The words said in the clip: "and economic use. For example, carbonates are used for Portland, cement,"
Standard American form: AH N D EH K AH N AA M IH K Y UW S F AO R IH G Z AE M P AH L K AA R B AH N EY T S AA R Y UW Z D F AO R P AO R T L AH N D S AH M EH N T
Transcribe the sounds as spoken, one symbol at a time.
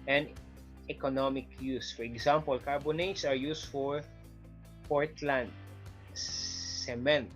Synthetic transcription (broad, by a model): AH N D EH K AH N AA M IH K Y UW S F AO R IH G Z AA M P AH L K AA R B AH N EY T S AA R Y UW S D F AO R P AO R T L AH N D S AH M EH N T